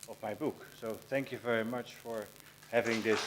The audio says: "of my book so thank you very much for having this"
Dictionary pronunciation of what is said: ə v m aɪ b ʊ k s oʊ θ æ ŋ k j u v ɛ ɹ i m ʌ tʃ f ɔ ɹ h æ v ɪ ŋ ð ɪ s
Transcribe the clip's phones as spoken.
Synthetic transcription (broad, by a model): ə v m aɪ b ʊ k s oʊ θ æ ŋ k j u v ɛ ɹ i m ʌ tʃ f ɔ ɹ h æ v ɪ ŋ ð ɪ s